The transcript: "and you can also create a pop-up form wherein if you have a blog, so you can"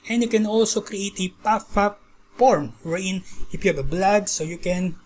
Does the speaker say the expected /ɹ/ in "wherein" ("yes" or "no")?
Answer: no